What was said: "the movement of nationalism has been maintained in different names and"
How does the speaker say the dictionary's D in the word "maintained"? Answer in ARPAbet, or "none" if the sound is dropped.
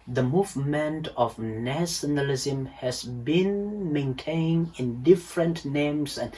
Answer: none